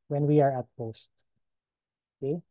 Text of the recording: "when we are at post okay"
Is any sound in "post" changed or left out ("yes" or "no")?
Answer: no